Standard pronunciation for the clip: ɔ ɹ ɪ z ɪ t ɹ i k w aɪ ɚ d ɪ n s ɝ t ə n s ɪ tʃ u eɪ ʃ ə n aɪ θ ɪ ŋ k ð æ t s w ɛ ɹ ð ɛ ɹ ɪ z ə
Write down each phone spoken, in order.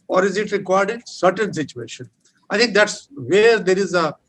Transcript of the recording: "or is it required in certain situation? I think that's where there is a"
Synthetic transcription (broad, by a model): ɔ ɹ ɪ z ɪ t ɹ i k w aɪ d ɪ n s ɝ t ə n s ɪ tʃ u eɪ ʃ ə n aɪ t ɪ ŋ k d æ t s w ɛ ɹ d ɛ ɹ ɪ z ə